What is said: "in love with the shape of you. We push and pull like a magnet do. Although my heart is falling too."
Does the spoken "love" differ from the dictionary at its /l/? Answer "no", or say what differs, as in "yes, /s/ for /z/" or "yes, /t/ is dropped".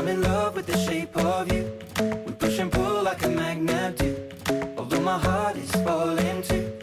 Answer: no